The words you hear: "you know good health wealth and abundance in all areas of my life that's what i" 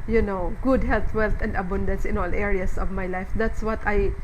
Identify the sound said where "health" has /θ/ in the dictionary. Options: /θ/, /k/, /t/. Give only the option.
/t/